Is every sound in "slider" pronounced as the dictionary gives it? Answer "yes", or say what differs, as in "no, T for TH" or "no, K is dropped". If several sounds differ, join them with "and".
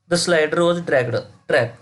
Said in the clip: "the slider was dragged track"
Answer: yes